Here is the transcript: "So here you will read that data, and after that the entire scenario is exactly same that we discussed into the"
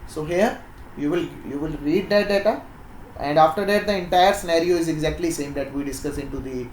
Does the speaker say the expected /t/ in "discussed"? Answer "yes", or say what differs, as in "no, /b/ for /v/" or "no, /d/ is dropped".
no, /t/ is dropped